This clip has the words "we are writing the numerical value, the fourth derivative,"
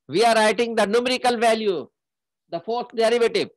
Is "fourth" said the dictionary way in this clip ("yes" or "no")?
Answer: no